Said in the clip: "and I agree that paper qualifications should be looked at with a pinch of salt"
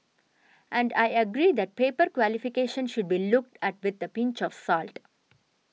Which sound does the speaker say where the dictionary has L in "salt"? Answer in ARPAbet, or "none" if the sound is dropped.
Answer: L